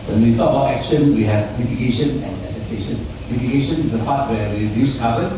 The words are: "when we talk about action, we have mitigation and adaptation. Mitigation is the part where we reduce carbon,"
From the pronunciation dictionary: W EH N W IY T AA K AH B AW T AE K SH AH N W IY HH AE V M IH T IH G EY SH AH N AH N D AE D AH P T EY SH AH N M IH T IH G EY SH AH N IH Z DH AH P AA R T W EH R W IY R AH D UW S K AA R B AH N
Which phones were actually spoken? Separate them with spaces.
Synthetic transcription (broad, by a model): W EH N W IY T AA AH B AW T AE K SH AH N W IY HH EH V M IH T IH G EY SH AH N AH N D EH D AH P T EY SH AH N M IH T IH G EY SH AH N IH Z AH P AA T W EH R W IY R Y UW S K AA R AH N